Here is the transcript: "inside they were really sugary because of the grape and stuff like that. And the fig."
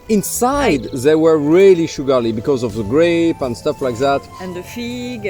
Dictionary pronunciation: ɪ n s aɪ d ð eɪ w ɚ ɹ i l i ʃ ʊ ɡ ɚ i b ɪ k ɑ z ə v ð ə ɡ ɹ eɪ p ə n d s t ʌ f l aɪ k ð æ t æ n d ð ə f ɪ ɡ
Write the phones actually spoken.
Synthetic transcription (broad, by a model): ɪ n s aɪ d ð eɪ w ɚ ɹ i l i ʃ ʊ ɡ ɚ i b ɪ k ɑ z ə v ð ə ɡ ɹ eɪ p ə n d s t ʌ f l aɪ k ð æ t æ n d ð ə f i ɡ